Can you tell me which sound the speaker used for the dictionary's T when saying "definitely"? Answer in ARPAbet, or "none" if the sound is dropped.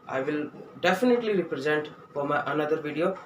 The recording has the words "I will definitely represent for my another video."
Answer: T